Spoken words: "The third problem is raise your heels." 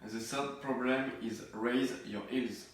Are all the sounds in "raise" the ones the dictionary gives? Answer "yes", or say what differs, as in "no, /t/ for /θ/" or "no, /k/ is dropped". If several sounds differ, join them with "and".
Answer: yes